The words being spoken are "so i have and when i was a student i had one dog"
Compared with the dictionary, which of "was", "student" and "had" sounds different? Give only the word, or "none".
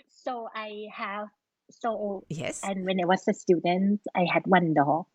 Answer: was